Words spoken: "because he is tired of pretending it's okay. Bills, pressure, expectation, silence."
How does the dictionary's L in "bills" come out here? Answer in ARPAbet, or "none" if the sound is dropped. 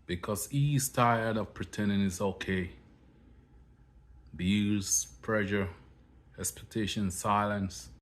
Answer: none